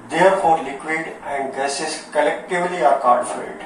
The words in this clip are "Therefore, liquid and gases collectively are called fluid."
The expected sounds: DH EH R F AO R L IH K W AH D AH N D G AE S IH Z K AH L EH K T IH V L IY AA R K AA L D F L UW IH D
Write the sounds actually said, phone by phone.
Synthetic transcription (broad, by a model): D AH R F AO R L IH K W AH D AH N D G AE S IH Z K AH L EH K T IH V L IY AA R K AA D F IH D